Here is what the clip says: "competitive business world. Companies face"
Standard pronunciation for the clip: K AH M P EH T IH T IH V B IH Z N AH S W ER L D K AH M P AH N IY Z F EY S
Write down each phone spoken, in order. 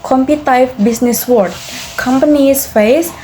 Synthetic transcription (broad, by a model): K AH M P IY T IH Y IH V B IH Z N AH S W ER D K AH M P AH N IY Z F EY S